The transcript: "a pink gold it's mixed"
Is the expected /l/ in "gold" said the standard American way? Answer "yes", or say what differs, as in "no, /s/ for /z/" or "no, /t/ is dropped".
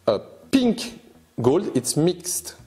yes